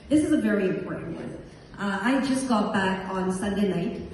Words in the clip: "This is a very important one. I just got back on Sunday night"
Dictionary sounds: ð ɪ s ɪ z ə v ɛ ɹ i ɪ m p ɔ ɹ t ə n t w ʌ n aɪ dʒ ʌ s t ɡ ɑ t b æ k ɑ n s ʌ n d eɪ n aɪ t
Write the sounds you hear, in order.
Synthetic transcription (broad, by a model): ð ɪ s ɪ z ə v ɛ ɹ i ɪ m p ɔ ɹ t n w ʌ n aɪ dʒ ʌ s ɡ ɑ t b æ k n s ʌ n d eɪ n aɪ t